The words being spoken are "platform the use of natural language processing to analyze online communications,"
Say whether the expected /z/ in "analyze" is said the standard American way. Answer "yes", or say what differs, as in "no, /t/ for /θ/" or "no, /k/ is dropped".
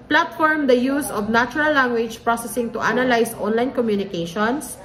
no, /s/ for /z/